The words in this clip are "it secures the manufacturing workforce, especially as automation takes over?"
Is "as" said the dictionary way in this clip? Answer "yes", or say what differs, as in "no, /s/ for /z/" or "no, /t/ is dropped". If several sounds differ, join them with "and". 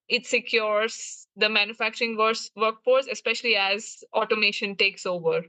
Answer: yes